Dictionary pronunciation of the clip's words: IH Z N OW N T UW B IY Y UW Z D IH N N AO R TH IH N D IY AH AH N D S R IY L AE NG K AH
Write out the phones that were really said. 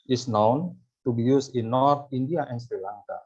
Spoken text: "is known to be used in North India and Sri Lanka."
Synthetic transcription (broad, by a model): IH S N OW N T UW B IY Y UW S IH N N AO R T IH N D IY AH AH N S R IY L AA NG K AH